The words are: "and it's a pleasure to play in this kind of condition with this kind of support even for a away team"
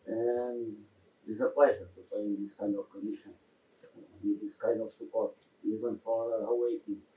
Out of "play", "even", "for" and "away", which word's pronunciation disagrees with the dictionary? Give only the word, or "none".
play